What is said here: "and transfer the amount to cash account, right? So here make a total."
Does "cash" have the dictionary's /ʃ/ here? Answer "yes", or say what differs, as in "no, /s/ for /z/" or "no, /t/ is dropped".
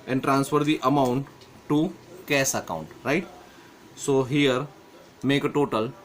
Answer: no, /s/ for /ʃ/